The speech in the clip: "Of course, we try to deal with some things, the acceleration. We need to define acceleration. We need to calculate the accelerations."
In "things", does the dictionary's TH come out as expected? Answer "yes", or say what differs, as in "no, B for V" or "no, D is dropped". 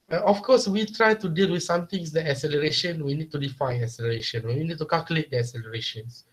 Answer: no, T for TH